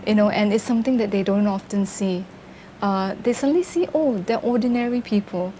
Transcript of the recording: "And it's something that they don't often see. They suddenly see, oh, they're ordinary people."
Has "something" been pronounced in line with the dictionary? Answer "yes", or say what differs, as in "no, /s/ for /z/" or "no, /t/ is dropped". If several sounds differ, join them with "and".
no, /t/ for /θ/